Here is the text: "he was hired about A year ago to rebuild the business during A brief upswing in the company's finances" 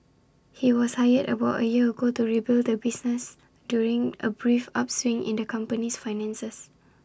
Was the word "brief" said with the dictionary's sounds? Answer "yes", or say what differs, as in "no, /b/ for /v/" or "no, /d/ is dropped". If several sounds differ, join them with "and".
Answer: yes